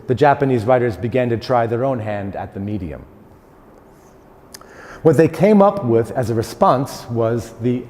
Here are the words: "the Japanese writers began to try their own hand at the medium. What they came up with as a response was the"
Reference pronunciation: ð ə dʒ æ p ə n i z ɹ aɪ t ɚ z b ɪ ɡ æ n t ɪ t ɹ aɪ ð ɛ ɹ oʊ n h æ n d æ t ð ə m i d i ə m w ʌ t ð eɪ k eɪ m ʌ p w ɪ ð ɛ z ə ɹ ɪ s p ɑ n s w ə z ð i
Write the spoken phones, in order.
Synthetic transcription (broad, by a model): ð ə dʒ æ p ə n i z ɹ aɪ t ɚ z b ɪ ɡ æ n t ɪ t ɹ aɪ ð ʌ ɹ oʊ n h æ n d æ t ð ə m i d i ə m w ʌ t ð eɪ k eɪ m ʌ p w ɪ ð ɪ z ə ɹ ɪ s p ɑ n s w ə z ð i